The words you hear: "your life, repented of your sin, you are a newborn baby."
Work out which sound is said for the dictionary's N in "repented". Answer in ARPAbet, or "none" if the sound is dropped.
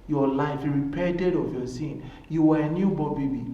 none